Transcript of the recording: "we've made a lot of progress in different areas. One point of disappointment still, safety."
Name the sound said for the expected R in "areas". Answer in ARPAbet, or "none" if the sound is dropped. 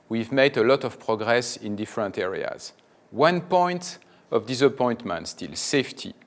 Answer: R